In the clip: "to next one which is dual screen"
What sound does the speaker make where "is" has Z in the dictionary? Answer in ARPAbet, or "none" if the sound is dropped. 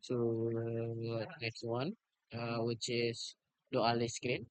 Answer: S